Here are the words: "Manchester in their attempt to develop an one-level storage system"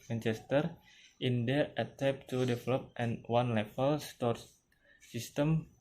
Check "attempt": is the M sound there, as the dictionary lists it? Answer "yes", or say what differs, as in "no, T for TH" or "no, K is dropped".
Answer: no, M is dropped